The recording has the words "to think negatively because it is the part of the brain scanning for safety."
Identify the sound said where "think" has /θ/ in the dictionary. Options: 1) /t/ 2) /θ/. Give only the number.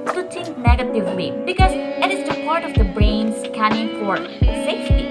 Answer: 1